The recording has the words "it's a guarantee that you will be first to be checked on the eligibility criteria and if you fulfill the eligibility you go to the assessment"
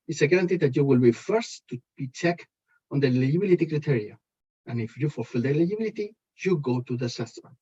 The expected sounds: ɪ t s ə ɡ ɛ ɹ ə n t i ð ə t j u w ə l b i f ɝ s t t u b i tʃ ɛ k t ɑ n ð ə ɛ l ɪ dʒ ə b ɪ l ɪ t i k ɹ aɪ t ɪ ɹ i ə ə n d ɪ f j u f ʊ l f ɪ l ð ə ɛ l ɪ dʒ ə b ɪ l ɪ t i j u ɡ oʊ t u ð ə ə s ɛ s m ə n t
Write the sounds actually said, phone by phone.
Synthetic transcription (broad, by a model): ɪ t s ə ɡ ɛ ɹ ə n t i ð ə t j u w ə l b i f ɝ s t t u b i tʃ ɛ k ɑ n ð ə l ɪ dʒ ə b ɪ l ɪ t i k ɹ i t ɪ ɹ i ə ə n ɪ f j u f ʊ l f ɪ l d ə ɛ l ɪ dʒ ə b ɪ l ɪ t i j u ɡ oʊ t u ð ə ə s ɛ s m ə n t